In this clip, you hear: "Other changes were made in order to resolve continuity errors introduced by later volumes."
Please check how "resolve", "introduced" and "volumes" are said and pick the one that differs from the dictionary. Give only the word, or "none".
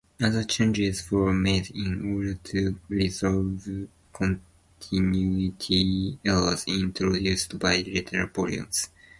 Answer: volumes